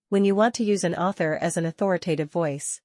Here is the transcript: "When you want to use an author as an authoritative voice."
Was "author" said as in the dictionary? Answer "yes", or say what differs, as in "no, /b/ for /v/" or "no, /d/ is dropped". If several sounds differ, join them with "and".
yes